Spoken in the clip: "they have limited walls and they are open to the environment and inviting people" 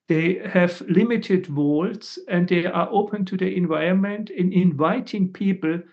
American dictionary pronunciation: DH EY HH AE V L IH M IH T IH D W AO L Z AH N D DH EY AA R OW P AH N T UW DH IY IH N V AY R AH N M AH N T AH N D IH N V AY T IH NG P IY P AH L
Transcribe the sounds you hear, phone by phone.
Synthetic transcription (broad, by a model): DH EY HH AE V L IH M IH T IH D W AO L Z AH N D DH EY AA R OW P AH N T UW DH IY IH N V AY R AH N M AH N T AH N IH N V AY T IH NG P IY P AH L